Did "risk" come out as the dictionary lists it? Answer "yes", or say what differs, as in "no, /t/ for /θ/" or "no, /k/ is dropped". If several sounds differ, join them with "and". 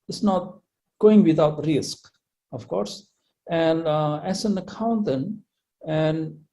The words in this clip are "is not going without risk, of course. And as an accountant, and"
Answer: yes